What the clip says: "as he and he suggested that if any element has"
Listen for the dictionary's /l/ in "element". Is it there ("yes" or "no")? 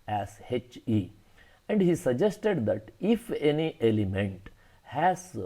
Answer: yes